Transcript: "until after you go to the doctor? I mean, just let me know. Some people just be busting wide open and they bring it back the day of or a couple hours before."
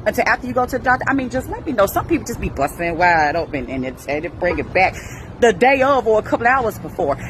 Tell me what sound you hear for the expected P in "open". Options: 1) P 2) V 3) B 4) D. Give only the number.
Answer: 3